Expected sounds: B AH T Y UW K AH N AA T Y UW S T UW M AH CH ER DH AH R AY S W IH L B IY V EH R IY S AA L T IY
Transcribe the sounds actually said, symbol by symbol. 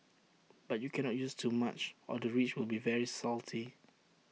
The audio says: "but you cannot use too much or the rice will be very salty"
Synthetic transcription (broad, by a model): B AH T Y UW K AH N AA T Y UW S T UW M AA CH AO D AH R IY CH W IH L B IY V EH R IY S AA L T IY